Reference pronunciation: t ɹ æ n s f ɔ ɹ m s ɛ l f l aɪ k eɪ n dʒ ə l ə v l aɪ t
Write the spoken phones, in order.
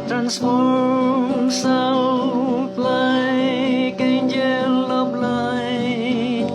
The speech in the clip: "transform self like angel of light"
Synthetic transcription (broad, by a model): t ɹ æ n s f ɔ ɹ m s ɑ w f l aɪ k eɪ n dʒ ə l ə b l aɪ